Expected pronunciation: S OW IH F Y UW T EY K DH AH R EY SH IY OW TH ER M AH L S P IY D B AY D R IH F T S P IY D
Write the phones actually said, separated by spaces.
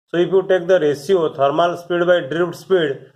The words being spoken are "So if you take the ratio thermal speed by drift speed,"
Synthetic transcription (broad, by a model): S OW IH P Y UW T EY K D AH R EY S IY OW T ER M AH L S P IY D B AY D R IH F T S P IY D